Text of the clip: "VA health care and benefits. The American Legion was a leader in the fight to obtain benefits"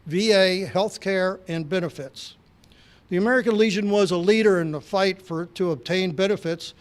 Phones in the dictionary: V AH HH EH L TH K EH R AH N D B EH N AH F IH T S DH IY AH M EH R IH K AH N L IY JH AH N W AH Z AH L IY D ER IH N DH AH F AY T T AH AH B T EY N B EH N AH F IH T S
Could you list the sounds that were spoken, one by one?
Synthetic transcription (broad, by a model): V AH HH EH L TH K EH R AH N B EH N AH F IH T S DH IY AH M EH R IH K AH N L IY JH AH N W AH Z AH L IY D ER IH N DH AH F AY T T AH AH B T EY N B EH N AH F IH T S